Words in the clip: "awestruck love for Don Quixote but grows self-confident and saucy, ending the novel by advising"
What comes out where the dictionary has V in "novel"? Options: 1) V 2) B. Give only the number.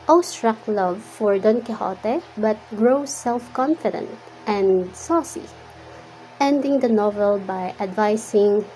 1